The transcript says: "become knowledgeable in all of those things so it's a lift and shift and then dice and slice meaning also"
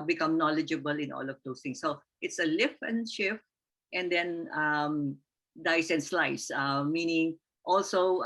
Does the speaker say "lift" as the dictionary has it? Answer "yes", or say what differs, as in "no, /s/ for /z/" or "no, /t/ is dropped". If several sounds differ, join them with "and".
no, /t/ is dropped